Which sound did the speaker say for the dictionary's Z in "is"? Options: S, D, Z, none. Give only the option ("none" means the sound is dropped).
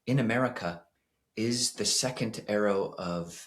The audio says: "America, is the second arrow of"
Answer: Z